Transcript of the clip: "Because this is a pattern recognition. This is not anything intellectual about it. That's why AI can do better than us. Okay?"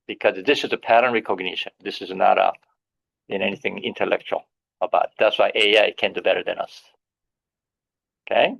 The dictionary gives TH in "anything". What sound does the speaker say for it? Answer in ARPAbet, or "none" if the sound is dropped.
TH